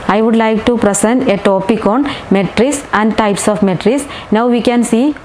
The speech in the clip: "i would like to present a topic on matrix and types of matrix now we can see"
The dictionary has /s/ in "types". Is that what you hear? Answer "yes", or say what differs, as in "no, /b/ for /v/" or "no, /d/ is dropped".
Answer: yes